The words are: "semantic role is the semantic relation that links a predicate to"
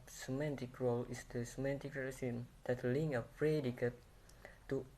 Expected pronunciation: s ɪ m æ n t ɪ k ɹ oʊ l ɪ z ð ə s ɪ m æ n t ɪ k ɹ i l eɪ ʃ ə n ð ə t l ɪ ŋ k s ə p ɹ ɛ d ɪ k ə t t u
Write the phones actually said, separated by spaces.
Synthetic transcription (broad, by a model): s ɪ m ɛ n t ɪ k ɹ oʊ l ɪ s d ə s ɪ m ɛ n t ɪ k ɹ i eɪ s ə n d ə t l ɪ ŋ ə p ɹ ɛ d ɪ k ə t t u